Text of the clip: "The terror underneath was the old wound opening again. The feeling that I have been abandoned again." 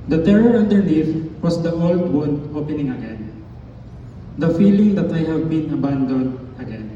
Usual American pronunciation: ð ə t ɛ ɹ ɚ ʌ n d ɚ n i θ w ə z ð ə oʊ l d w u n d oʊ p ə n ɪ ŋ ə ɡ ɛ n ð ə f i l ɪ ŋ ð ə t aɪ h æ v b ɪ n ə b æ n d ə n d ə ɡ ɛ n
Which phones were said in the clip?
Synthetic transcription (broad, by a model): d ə t ɛ ɹ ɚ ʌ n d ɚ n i f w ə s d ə oʊ l d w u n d oʊ p ə n ɪ ŋ ə ɡ ɛ n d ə f i l ɪ ŋ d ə t aɪ h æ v b ɪ n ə b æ n d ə n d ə ɡ ɛ n